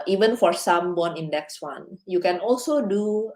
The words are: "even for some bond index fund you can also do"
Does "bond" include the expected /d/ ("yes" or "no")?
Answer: no